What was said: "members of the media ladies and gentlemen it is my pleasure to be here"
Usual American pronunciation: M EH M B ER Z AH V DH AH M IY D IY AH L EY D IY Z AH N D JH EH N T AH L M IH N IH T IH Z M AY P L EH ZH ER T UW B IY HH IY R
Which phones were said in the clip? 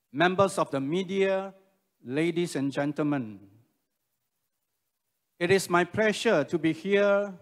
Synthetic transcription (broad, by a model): M EH M B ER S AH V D AH M IY D IY AH L EY D IY S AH N JH EH N T AH L M IH N IH T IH S M AY P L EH SH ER T UW B IY HH IY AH